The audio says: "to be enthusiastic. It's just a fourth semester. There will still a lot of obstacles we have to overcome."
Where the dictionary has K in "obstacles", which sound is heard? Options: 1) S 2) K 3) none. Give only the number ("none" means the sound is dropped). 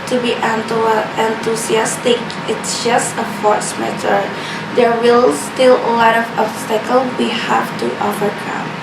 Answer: 3